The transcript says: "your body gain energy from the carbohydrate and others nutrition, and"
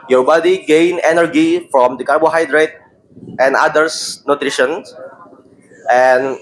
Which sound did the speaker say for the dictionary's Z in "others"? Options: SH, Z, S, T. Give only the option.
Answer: S